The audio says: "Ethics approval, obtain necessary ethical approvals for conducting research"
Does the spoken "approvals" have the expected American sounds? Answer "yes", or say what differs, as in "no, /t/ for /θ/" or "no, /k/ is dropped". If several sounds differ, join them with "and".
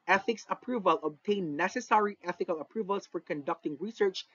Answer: no, /s/ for /z/